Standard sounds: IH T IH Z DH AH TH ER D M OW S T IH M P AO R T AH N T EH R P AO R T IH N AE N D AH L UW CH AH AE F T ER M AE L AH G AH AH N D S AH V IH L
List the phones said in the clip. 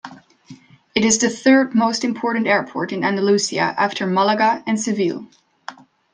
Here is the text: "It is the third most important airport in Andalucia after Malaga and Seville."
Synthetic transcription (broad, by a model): IH T IH Z DH AH TH ER D M OW S T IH M P AO R T N T EH R P AO R T IH N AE N D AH L UW S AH AE F T ER M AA L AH G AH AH N S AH V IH L